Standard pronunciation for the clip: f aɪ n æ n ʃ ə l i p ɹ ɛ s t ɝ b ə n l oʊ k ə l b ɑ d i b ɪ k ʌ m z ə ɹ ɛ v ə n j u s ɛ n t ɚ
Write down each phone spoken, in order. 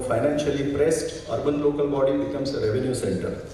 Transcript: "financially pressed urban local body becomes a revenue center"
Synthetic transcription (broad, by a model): f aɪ n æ n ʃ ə l i p ɹ ɛ s t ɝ b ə n l oʊ k ə l b ɑ d i b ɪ k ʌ m s ə ɹ ɛ v ə n j u s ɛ n t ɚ